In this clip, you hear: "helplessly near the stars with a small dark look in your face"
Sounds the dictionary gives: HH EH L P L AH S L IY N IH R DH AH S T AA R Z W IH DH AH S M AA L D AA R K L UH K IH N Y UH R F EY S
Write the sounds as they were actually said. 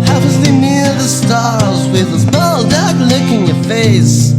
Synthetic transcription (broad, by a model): HH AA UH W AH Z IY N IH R DH AH S T AA R Z W IH DH AH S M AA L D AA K L UH K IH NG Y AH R F EY S